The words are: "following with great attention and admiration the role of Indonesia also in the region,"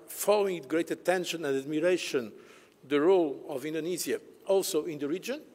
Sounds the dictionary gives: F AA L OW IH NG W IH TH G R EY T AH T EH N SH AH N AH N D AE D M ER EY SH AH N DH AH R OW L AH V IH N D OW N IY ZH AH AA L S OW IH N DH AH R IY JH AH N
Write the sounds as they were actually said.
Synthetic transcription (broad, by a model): F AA L OW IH NG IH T G R EY T AH T EH N SH AH N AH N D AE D M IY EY SH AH N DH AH R OW L AH V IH N D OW N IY Z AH AA L S OW IH N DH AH R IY JH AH N